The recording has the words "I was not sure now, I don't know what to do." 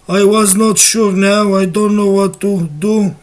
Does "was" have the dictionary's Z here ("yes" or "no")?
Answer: yes